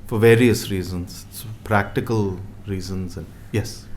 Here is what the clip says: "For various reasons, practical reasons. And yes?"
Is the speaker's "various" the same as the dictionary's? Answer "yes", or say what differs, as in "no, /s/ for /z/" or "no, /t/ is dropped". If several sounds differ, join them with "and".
yes